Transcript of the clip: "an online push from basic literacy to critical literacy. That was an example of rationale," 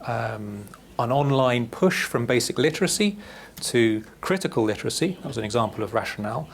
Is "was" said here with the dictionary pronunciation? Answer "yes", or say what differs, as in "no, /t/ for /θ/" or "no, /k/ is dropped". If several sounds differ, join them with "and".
yes